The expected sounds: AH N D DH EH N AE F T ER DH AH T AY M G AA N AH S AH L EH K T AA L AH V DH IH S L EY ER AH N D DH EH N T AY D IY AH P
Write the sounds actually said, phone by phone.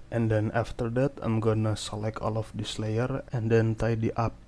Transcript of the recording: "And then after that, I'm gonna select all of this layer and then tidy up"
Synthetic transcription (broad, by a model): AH N D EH N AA F T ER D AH T AY M G AA N AH S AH L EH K AA L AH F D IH S L EY ER AH N D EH N T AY D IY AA P